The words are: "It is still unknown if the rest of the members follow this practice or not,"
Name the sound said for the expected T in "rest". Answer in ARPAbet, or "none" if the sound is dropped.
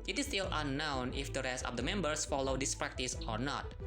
T